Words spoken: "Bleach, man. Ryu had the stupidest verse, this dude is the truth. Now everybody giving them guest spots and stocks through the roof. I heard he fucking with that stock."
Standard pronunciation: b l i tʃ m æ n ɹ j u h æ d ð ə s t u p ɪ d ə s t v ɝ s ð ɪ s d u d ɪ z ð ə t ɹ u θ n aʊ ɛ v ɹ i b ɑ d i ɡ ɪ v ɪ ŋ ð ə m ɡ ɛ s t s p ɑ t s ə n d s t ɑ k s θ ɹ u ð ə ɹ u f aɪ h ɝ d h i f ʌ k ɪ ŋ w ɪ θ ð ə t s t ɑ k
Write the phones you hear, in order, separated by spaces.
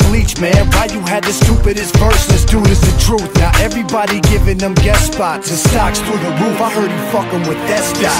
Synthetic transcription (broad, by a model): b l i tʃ m æ n w j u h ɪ d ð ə s t u p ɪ d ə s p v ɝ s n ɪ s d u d ɪ z ð ə t ɹ u θ n aʊ ɛ v ɹ i b ɑ d i ɡ ɪ v ɪ ŋ ð ə m ɡ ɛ t s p ɑ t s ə s t ɑ k s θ ɹ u ð ə ɹ u f aɪ h ɝ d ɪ f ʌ k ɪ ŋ w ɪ ð ə t s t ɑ